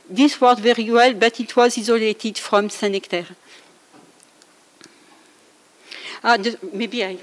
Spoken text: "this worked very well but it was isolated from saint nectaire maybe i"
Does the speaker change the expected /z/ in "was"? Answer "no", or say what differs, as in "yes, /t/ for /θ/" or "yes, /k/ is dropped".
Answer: no